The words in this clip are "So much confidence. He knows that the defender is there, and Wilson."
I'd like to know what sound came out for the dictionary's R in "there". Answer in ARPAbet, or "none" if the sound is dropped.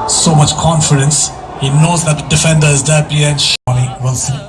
L